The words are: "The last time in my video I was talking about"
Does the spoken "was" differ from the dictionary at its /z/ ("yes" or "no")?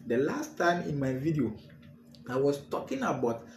yes